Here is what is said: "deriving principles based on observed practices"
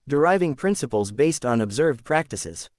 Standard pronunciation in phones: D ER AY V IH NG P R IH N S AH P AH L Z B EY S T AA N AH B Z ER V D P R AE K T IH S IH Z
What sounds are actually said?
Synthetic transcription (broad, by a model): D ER AY V IH NG P R IH N S AH P AH L Z B EY S T N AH B Z ER V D P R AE K T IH S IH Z